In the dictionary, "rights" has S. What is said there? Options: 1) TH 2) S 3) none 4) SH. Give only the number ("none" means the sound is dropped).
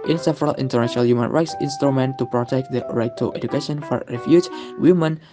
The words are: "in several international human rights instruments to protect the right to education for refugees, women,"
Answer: 2